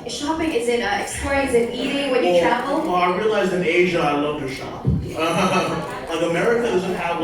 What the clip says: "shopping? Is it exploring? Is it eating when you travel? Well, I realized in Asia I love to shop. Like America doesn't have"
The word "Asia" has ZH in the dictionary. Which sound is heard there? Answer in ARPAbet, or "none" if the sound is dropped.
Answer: ZH